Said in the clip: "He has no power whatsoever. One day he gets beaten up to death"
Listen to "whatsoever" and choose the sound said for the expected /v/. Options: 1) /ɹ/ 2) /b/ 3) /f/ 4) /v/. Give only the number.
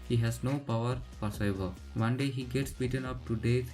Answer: 2